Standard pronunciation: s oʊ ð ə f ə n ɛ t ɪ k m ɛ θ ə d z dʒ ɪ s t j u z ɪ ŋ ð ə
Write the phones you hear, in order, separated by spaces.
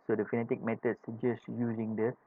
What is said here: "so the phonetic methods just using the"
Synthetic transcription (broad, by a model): s oʊ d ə f ə n ɛ t ɪ k m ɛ t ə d s dʒ ɪ s t j u z ɪ ŋ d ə